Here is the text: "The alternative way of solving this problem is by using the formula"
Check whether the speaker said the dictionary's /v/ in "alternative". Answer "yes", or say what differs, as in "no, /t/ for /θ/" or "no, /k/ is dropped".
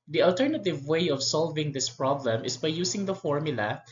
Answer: yes